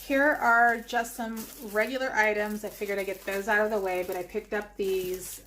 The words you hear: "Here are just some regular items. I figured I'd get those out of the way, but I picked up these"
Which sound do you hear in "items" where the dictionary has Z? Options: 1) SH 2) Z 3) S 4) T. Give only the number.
2